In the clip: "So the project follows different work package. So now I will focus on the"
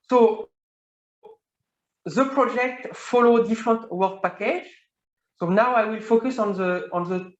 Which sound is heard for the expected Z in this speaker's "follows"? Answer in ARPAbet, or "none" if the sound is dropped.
none